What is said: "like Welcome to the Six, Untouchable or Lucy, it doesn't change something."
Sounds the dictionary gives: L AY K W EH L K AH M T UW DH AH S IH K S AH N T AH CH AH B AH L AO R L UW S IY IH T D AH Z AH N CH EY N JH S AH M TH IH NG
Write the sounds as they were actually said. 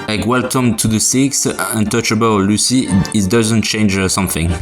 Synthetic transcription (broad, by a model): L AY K W EH L K AH M T UW DH AH S IH K S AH N T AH CH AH B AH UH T L UW S IY IH T D AH Z AH N CH EY N JH S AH M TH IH NG